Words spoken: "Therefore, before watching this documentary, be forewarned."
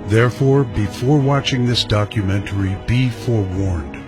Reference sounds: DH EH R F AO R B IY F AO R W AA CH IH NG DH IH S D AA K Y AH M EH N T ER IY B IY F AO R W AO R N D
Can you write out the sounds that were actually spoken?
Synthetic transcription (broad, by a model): DH EH R F AO R B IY F AO R W AA CH IH NG DH IH S D AA K Y AH M EH N T ER IY B IY F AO R W AO R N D